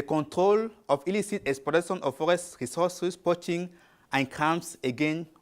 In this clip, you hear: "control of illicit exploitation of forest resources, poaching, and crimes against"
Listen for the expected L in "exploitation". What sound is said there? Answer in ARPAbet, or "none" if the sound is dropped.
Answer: none